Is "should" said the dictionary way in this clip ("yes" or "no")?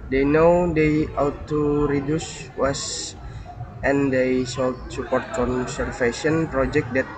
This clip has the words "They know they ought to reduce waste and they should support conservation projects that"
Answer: no